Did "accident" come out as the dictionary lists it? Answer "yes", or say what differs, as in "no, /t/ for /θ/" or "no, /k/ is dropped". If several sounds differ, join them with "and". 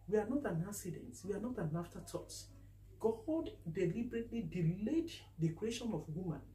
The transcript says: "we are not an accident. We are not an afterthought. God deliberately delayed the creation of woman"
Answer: no, /k/ is dropped